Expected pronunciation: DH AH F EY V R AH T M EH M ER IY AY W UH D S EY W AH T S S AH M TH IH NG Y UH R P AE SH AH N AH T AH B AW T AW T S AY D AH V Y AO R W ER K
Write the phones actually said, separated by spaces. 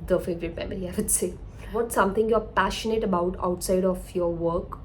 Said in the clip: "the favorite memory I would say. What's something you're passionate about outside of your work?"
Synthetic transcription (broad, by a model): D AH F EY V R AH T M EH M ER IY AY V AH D S EY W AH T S S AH M T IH NG Y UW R P AE SH AH N AH T AH B AW T AW T S AY D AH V Y AO R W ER K